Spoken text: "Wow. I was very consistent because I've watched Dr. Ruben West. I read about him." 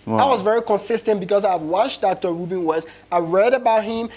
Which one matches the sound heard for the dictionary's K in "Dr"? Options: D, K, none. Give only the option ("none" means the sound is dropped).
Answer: K